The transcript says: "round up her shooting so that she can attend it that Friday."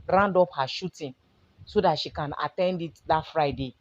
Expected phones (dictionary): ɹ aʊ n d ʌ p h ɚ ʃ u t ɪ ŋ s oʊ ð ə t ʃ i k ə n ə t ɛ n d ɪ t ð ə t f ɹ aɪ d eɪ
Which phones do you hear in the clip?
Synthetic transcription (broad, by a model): ɹ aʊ n d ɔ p h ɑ ʃ u t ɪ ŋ s oʊ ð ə t ʃ i k ə n ə t ɛ n d ɪ t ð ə t f ɹ aɪ d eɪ